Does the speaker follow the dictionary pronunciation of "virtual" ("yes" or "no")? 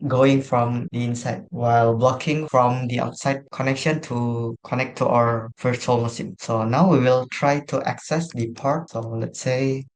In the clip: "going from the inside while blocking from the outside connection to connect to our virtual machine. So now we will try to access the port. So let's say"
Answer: no